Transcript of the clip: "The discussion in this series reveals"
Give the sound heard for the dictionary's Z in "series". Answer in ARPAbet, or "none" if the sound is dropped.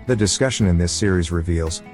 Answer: Z